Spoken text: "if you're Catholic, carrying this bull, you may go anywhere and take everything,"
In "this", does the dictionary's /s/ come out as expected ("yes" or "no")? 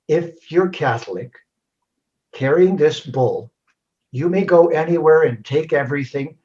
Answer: yes